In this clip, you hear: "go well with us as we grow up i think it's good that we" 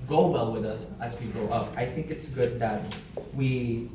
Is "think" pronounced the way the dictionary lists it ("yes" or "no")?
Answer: yes